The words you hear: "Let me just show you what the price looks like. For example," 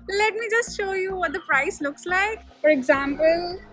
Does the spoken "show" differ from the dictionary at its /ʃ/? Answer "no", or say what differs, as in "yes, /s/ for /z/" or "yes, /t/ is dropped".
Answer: no